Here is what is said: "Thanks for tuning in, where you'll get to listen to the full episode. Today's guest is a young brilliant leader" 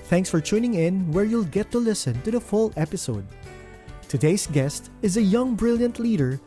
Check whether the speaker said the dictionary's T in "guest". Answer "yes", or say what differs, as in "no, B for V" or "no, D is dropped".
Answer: yes